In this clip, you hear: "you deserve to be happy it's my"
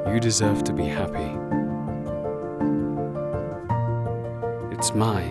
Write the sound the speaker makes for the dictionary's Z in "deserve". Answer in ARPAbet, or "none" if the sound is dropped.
Z